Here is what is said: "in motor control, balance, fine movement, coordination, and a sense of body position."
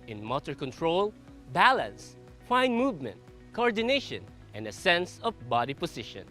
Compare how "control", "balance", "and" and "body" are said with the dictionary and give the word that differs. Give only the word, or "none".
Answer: none